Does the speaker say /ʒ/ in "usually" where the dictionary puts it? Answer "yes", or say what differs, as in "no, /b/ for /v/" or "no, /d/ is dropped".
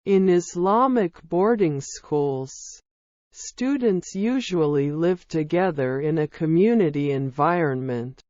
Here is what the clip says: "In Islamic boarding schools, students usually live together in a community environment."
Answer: yes